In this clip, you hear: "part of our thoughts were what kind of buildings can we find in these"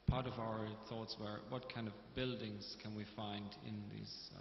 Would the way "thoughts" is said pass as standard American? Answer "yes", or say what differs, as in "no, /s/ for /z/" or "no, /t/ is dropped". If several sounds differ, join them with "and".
yes